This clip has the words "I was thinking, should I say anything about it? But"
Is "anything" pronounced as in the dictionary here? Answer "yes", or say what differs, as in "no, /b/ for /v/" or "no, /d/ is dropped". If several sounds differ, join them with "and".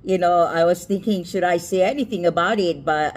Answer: yes